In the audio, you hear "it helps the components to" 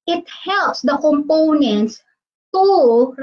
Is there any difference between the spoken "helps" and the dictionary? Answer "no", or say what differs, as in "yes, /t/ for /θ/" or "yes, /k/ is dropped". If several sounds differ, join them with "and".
no